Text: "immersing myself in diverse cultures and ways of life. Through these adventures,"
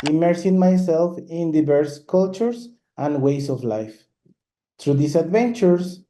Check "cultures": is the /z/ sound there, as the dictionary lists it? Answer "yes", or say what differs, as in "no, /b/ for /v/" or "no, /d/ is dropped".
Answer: no, /s/ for /z/